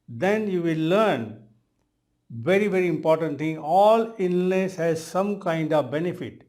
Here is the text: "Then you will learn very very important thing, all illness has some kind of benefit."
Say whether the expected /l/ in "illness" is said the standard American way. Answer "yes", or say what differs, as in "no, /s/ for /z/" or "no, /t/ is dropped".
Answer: no, /n/ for /l/